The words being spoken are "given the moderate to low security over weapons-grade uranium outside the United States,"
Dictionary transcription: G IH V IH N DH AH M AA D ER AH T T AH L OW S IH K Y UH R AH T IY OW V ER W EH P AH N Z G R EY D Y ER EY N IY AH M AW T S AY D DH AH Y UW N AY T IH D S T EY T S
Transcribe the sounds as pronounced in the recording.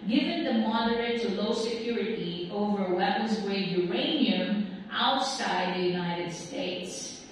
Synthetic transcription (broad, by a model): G IH V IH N DH AH M AA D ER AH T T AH L OW S IH K Y UH R AH T IY OW V ER W EH P AH N Z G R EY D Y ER EY N IY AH M AW T S AY D DH AH Y UW N AY T IH D S T EY T S